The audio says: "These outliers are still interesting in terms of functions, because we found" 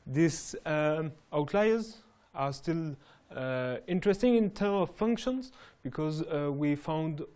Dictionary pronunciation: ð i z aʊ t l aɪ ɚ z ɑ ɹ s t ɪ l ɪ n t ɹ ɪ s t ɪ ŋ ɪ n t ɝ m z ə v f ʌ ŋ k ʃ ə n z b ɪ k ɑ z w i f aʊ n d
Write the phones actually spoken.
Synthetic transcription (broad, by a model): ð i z aʊ t l aɪ ɚ z ɑ ɹ s t ɪ l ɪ n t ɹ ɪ s t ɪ ŋ ɪ n t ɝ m ə v f ʌ ŋ k ʃ ə n z b ɪ k ɑ z w i f aʊ n d